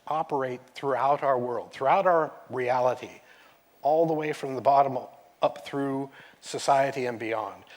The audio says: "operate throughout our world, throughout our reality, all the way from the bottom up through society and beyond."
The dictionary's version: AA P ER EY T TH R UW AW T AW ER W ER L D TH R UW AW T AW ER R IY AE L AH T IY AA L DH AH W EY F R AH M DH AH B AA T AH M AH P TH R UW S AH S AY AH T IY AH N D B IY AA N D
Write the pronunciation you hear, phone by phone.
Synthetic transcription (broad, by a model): AA P ER EY T TH R UW AW T AW ER W ER L D TH R UW AW T AW ER R IY AE L AH T IY AA L DH AH W EY F R AH M DH AH B AA T AH M AH P TH R UW S AH S AY AH T IY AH N B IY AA N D